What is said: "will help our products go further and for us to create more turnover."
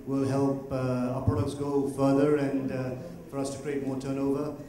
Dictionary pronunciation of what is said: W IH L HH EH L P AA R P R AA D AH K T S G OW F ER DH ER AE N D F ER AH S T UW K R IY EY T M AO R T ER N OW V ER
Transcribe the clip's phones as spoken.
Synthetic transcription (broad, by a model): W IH L HH EH L P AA P R AA D AH K T S G OW F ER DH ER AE N D F ER AH S T UW K R IY EY T M AO T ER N OW V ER